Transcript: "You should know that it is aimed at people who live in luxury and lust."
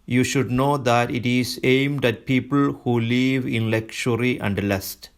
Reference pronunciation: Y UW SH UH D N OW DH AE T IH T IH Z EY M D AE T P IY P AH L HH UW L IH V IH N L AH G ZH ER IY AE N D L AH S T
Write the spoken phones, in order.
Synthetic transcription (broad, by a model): Y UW SH UH D N OW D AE T IH T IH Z EY M D AE T P IY P AH L HH UW L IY V IH N L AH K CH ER IY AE N D L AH S T